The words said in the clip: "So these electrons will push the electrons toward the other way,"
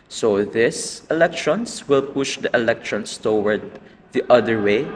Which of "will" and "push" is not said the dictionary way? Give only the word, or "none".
none